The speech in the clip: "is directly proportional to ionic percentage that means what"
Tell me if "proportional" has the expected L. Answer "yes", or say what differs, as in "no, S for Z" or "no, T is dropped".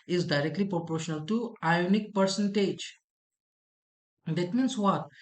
yes